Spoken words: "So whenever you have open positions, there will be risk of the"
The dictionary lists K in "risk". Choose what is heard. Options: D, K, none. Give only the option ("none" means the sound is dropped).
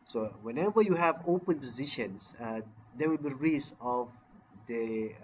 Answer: none